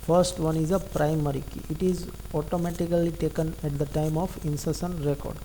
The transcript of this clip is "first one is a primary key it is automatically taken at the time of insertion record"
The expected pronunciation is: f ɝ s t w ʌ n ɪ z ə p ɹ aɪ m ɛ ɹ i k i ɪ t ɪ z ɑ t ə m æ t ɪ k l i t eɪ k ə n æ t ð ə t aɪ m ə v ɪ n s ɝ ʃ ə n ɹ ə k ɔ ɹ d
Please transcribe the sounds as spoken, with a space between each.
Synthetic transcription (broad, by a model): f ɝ s t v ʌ n ɪ z ə p ɹ aɪ m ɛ ɹ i k i ɪ t ɪ z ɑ t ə m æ t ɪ k l i t eɪ k ə n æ t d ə t aɪ m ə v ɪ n s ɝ s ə n ɹ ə k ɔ ɹ d